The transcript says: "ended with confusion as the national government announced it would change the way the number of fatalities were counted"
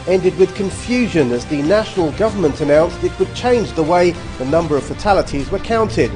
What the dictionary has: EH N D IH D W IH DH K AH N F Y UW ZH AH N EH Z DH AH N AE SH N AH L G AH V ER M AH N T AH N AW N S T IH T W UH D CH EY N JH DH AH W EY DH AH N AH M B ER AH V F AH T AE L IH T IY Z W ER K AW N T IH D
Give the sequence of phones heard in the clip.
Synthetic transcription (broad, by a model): EH N D IH D W IH DH K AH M F Y UW ZH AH N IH Z DH AH N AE SH N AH L G AH V ER M AH N T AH N AW N S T IH T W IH D CH EY N JH DH AH W EY DH AH N AH M B ER AH V F AH T AE L IH T IY Z W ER K AW N T IH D